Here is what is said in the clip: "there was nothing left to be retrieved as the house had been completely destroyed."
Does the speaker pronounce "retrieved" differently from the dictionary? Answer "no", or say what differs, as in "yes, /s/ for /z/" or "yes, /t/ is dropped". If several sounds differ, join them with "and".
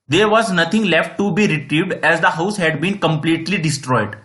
no